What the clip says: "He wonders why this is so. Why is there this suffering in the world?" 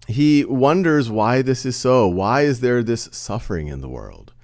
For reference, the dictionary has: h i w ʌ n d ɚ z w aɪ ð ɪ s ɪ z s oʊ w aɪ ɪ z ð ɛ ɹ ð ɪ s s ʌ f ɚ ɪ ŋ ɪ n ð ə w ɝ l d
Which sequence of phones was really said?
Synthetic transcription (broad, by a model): h i w ʌ n d ɚ z w aɪ ð ɪ s ɪ z s oʊ w aɪ ɪ z ð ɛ ɹ ð ɪ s s ʌ f ɚ ɪ ŋ ɪ n ð ə w ɝ l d